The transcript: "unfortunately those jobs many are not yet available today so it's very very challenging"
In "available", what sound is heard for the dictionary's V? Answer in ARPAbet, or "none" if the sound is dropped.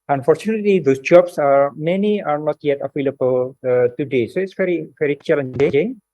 F